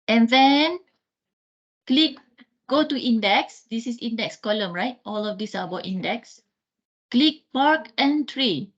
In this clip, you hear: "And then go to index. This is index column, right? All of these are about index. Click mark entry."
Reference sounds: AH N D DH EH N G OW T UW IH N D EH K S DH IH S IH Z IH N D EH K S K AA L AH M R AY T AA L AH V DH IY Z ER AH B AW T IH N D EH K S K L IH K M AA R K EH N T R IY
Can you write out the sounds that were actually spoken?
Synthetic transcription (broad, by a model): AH N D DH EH N G OW T UW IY N D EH K S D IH S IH S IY N D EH K S K AA L AH M R AY T AA L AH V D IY S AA AH B AW T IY N D EH K S K L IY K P AA R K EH N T R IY